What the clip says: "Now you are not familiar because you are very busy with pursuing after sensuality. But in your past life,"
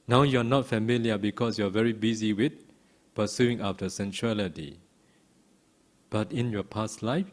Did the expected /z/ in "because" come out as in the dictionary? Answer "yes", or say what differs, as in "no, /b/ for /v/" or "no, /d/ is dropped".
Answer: no, /s/ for /z/